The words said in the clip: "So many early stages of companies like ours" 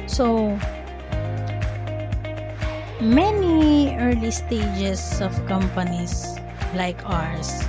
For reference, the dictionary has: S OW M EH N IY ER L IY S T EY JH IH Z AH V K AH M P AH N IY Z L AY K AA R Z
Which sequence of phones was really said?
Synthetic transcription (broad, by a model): S OW M EH N IY ER L IY S T EY JH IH S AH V K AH M P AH N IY S L AY K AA R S